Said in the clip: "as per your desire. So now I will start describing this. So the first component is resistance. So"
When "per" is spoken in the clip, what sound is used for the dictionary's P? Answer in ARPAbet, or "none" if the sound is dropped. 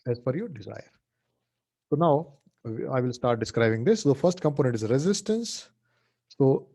F